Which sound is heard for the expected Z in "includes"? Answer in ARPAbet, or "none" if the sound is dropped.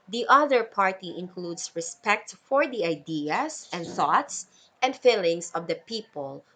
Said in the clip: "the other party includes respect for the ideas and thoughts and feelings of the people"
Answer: S